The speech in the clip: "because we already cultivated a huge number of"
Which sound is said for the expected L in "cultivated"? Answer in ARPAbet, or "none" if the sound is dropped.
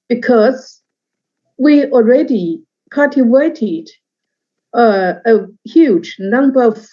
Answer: none